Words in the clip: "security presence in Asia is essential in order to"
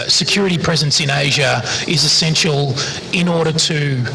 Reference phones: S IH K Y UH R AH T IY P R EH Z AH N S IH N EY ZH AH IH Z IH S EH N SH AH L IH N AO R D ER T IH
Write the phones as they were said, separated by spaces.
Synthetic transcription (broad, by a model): S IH K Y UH R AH T IY P R EH Z AH N S IH N EY ZH AH IH Z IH S EH N SH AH L IH N AO R D ER T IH